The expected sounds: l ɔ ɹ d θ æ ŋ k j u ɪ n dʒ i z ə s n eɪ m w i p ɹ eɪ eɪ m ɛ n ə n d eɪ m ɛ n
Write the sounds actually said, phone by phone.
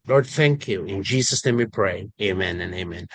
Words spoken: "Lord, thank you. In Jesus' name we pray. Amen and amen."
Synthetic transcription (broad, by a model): l ɔ ɹ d θ æ ŋ k j u ɪ n dʒ i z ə s n eɪ m w i p ɹ eɪ eɪ m ɛ n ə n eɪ m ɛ n